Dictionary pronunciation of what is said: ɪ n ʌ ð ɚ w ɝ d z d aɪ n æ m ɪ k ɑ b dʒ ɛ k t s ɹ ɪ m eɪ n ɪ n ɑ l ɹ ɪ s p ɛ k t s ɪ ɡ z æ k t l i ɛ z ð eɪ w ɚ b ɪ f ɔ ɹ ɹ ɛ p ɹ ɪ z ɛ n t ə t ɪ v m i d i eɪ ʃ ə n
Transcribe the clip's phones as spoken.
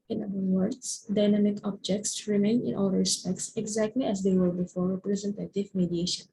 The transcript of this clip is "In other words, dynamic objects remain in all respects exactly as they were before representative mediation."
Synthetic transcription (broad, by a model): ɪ n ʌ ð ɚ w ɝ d s d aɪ n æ m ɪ k ɑ b dʒ ɛ k t s ɹ ɪ m eɪ n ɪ n ɑ l ɹ ɪ s p ɛ k t s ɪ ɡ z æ k t l i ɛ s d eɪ w ɚ b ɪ f ɔ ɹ ɹ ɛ p ɹ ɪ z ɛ n t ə t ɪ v m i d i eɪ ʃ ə n